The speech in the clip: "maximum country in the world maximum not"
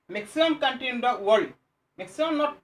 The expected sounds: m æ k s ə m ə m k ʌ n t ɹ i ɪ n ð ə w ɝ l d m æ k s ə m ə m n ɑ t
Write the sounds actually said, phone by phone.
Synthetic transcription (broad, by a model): m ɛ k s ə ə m k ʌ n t i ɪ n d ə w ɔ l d m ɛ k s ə ə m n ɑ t